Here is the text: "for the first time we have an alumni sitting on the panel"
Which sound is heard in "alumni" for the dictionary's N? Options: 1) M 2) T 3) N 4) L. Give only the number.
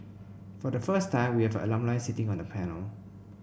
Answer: 4